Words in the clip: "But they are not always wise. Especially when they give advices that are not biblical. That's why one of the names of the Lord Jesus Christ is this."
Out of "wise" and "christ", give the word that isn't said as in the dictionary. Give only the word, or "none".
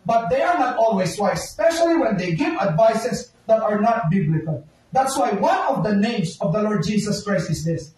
wise